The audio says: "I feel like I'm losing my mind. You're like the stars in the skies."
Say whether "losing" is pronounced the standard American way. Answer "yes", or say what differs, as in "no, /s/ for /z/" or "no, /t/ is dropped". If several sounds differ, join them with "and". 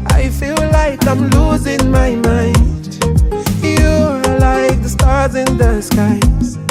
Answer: yes